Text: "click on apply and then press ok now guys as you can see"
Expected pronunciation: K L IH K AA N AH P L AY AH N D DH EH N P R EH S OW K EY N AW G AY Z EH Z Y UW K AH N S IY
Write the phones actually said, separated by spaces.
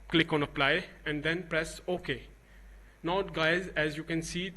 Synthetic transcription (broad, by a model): K L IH K AA N AH P L AY AH N D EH N P R EH S OW K EY N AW G AY Z EH Z Y UW K AH N S IY